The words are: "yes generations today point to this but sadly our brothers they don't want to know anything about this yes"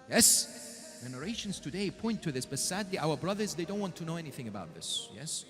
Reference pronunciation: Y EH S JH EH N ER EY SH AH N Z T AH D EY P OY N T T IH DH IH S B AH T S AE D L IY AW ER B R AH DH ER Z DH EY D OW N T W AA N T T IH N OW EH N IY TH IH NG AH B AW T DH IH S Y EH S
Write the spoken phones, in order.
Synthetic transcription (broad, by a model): Y EH S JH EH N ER EY SH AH N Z T AH D EY P OY N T T IH DH IH S B AH T S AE D L IY AW ER B R AH DH ER Z DH EY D OW N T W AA N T T IH N OW EH N IY TH IH NG AH B AW T DH IH S Y EH S